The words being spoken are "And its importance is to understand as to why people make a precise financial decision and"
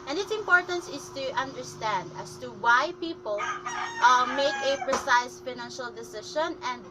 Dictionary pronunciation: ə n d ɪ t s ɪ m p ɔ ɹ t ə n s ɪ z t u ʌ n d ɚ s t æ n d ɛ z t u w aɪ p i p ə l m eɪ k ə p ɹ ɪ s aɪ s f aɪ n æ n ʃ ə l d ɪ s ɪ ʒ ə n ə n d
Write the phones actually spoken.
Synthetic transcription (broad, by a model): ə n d ɪ t s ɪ m p ɔ ɹ t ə n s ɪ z t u ʌ n d ɚ s t æ n d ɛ s t u w aɪ p i p ə l m eɪ k ə p ɹ ɪ s aɪ s f aɪ n æ n ʃ ə l d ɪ s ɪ ʃ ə n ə n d